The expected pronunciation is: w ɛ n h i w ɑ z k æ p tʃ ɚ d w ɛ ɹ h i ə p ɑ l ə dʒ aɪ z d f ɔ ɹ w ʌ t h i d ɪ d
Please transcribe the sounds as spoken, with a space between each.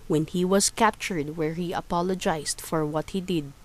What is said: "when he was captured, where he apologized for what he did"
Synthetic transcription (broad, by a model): w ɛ n h i w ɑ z k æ p tʃ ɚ d w ɛ ɹ h i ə p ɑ l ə dʒ aɪ s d f ɔ ɹ w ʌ t h i d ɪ d